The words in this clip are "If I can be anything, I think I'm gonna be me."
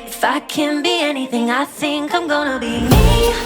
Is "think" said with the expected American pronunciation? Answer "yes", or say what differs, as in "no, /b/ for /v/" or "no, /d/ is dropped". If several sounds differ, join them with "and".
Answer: no, /s/ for /θ/